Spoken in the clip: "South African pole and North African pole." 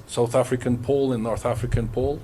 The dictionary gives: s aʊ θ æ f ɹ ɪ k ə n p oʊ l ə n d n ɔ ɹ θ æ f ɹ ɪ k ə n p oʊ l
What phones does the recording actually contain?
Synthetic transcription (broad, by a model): s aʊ θ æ f ɹ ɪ k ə n p oʊ l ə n n ɔ ɹ θ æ f ɹ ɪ k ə n p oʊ l